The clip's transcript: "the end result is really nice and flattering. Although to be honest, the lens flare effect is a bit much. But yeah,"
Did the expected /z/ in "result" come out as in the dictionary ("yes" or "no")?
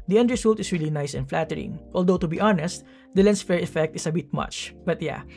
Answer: no